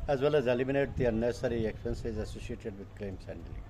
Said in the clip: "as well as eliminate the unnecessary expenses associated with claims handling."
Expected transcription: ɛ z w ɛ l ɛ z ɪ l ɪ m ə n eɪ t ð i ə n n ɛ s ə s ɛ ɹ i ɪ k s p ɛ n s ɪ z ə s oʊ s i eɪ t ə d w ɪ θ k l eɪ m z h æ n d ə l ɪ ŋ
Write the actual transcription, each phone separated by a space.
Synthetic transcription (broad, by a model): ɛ z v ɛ l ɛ z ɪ l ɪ m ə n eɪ t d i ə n n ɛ s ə ɹ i ɪ k s p ɛ n s ɪ z ə s oʊ s i eɪ t ə d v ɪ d k l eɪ m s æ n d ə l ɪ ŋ